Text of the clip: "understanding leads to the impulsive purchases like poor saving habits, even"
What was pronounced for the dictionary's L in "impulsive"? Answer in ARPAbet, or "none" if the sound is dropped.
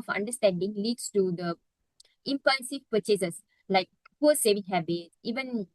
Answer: N